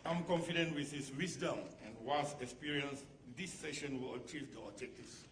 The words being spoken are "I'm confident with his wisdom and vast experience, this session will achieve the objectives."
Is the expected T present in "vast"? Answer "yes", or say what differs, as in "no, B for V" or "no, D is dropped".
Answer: no, T is dropped